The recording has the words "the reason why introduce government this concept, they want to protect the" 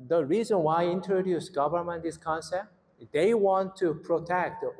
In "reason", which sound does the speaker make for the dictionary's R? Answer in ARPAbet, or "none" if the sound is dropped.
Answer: R